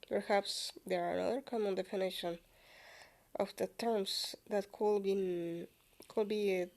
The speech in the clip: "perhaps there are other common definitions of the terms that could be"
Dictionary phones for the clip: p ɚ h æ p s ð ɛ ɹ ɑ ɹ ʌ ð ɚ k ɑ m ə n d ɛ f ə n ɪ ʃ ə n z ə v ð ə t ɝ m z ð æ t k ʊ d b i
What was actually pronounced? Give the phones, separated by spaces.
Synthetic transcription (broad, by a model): p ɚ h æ p s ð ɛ ɹ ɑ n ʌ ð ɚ k ɑ m ə n d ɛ f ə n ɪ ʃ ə n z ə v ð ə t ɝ m s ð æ t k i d b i